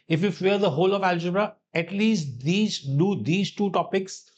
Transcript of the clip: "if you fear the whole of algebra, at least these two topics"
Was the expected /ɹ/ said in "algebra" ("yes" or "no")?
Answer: yes